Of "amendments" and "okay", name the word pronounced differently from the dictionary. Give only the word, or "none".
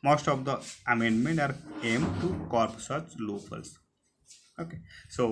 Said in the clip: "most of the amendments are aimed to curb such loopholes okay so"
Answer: amendments